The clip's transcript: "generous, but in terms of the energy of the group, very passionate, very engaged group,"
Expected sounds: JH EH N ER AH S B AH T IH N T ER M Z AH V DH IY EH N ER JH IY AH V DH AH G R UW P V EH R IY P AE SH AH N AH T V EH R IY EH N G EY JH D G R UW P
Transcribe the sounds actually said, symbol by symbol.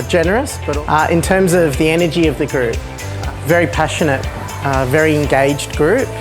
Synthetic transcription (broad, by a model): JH EH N ER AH S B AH T IH N T ER M Z AH V DH IY EH N ER JH IY AH V DH AH G R UW P V EH R IY P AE SH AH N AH T V EH R IY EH N G EY JH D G R UW P